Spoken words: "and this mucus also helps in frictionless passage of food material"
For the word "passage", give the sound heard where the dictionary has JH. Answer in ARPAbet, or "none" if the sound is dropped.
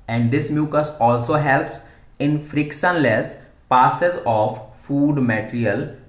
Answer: Z